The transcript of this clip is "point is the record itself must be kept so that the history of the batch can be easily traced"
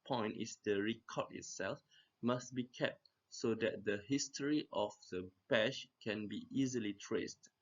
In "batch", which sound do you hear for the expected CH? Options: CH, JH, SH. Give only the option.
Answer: SH